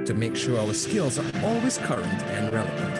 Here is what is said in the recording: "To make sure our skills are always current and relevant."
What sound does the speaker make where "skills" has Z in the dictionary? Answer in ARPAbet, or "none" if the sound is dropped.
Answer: Z